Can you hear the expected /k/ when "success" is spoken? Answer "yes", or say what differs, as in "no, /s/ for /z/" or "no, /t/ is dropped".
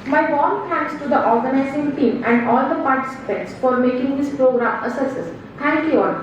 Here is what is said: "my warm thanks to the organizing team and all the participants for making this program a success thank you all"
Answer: no, /k/ is dropped